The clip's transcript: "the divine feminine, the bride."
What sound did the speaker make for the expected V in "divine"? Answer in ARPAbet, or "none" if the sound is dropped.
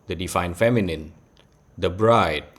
F